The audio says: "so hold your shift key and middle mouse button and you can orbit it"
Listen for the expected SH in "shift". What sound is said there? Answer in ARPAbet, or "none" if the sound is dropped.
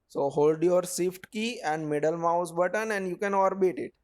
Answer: S